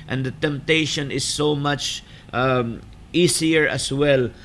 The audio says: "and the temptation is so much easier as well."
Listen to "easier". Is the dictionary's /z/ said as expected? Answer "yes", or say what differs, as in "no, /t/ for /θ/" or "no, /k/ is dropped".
no, /s/ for /z/